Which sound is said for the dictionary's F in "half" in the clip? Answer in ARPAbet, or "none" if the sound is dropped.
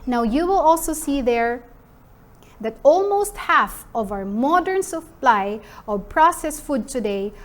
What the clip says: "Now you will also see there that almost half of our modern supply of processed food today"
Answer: F